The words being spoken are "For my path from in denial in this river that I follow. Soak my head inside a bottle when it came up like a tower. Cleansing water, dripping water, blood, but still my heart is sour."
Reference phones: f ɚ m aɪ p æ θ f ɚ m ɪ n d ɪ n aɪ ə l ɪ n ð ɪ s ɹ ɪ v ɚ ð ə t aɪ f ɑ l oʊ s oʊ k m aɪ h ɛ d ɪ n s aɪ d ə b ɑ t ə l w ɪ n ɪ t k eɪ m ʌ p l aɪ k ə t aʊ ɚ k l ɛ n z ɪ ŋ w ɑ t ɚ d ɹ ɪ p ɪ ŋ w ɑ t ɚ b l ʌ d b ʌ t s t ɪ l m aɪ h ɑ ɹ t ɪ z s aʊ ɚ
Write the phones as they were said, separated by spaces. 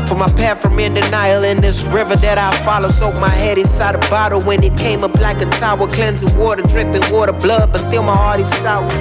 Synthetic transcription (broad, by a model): f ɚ m aɪ p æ f ɚ m ɪ n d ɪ n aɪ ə l ɪ n ð ɪ s ɹ ɪ v ɚ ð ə t aɪ f ɑ l oʊ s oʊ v m aɪ h ɛ d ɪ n s aɪ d ə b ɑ t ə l w ɪ n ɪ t k eɪ m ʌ b l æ k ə t aʊ ɚ k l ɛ n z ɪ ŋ w ɑ t ɚ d ɹ ɪ p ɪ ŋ w ɑ t ɚ b l ʌ d b ʌ t s t ɪ l m aɪ h ɑ ɹ t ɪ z s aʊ